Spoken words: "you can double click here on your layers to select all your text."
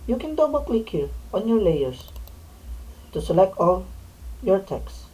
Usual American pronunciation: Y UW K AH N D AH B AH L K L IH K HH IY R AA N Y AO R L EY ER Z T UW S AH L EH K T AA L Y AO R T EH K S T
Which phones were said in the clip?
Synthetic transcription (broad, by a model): Y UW K AH N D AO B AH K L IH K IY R AA N Y AO R L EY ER S T UW S AH L EH K T AA L Y AO R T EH K S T